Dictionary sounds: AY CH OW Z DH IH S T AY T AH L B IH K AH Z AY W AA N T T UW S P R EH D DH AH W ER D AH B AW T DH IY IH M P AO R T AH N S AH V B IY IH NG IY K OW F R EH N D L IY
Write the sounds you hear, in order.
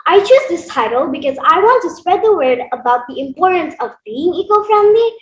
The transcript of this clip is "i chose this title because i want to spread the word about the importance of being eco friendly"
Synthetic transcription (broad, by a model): AY CH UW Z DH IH S T AY T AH L B IH K AH Z AY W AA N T T UW S P R EH D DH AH W ER D AH B AW T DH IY IH M P AO R T AH N S AH V B IY IH NG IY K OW F R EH N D L IY